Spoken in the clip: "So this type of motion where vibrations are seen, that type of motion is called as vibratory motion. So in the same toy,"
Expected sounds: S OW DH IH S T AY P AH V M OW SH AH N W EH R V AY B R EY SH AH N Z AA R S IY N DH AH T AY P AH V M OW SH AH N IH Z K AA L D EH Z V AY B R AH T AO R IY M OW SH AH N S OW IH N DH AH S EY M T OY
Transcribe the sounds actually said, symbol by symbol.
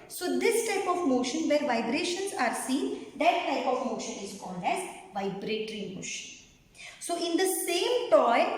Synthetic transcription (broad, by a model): S OW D IH S T AY P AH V M OW SH AH N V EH R V AY B R EY SH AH N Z AA R S IY N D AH T AY P AH V M OW SH AH N IH Z K AA L D EH Z V AY B R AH T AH R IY M OW SH AH N S OW IH N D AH S EY M T OY